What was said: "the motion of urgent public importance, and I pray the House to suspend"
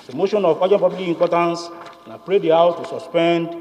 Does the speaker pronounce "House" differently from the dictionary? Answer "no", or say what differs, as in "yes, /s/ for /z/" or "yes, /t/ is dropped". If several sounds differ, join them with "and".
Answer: yes, /s/ is dropped